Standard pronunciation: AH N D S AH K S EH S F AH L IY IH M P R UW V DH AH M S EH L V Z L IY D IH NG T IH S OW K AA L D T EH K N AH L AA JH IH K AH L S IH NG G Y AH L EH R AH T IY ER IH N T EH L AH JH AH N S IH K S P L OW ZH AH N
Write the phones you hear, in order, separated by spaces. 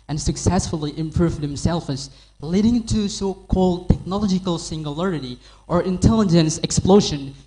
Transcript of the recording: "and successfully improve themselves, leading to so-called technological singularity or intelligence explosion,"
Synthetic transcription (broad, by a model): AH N S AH K S EH S F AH L IY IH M P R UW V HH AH M S EH L F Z L IY D IH NG T IH S OW K AA L D T EH K N AH L AA JH IH K AH L S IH NG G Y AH L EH R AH T IY ER IH N T EH L AH JH AH N S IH K S P L OW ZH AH N